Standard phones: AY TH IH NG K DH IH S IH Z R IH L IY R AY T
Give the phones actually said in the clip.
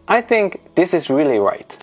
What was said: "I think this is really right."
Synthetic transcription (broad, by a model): AY TH IH NG K DH IH S IH Z R IH L IY R AY T